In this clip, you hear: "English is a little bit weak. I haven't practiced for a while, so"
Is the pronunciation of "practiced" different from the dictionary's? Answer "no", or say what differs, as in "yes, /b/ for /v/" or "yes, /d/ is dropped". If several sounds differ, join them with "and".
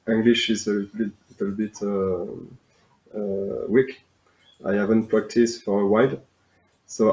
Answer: no